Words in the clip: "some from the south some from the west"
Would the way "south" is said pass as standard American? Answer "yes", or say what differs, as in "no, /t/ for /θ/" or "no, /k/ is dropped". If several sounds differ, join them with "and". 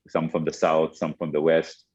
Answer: yes